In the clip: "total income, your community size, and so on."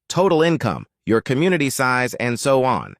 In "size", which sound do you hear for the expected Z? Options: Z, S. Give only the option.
Z